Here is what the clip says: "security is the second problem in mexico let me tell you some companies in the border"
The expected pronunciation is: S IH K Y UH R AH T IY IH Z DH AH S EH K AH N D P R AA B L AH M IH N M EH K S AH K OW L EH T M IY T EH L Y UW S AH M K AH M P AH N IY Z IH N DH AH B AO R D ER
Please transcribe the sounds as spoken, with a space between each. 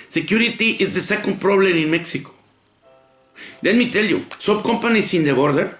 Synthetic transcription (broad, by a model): S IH K Y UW R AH T IY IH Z DH AH S EH K AH N D P R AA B L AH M IH N M EH K S AH K OW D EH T M IY T EH L Y UW S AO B K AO M P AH N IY S IH N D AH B AO R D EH